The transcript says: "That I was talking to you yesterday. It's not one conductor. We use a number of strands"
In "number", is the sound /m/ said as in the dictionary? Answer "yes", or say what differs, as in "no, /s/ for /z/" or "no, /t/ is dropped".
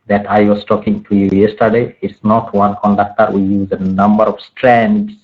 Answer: yes